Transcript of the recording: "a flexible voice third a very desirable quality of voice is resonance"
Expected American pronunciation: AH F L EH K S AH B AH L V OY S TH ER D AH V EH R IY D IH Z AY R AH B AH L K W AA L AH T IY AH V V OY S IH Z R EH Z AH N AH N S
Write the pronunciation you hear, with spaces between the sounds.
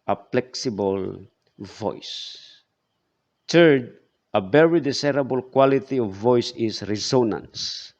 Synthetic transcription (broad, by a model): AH P L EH K S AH B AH L V OY S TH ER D AH V EH R IY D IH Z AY R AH B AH L K W AA L AH T IY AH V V OY S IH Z R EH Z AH N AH N S